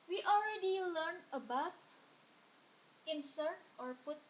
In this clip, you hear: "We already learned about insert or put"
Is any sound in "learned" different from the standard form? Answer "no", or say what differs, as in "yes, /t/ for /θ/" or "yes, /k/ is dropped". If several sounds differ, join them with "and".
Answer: yes, /d/ is dropped